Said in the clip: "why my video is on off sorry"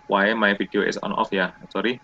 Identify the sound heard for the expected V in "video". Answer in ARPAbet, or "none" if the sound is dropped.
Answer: F